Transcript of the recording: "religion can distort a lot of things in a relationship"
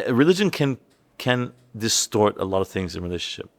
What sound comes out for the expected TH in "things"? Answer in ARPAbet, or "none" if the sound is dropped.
TH